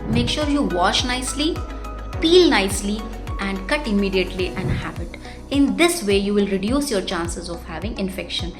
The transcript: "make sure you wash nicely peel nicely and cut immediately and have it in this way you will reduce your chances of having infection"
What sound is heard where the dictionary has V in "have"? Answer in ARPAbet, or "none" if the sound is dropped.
B